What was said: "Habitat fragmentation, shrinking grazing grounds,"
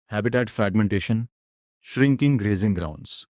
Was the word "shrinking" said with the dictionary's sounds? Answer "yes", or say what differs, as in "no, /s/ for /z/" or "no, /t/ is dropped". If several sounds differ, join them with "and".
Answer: yes